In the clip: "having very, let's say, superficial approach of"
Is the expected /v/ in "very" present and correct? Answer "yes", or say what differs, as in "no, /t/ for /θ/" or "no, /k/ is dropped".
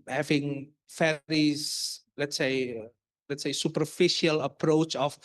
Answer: no, /f/ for /v/